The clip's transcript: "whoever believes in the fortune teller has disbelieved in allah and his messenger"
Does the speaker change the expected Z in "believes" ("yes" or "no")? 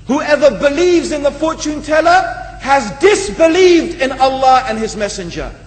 no